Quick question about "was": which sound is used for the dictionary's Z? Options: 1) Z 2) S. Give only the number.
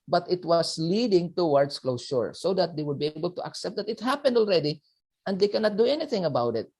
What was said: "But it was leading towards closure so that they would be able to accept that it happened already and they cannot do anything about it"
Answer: 2